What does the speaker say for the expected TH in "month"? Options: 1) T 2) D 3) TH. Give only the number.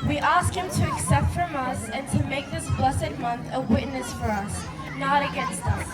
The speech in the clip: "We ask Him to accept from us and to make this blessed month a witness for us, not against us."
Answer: 3